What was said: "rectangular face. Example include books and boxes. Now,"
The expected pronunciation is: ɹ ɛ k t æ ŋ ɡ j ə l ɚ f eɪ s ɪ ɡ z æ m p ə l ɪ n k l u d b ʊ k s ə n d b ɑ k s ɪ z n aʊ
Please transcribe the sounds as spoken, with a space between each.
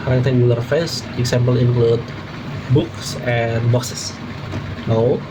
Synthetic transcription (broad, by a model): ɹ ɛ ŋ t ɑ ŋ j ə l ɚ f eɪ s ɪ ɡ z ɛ m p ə l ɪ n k l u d b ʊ k s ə n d b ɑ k s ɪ s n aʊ